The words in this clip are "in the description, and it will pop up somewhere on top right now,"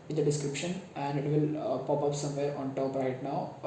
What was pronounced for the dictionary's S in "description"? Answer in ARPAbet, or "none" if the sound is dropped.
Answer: S